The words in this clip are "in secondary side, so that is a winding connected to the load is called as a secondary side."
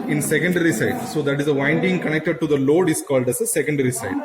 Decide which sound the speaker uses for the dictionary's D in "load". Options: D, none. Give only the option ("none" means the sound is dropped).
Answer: D